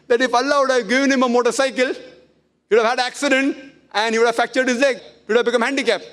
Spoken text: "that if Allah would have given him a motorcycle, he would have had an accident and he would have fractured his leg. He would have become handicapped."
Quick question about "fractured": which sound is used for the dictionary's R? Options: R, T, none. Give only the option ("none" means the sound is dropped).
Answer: none